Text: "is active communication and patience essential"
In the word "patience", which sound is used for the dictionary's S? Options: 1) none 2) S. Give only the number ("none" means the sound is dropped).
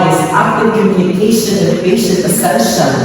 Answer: 1